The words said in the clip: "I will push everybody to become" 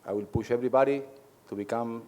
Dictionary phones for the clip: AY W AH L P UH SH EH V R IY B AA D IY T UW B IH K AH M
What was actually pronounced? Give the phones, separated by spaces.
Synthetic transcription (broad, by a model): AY W AH L P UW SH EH B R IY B AA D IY T UW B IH K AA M